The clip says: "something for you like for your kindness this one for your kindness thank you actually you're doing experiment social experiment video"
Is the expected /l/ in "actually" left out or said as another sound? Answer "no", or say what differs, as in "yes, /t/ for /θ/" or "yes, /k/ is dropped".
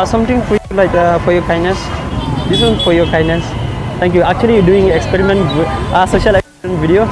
yes, /l/ is dropped